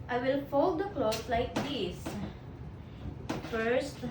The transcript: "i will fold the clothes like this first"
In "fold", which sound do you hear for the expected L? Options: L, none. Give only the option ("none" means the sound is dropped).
L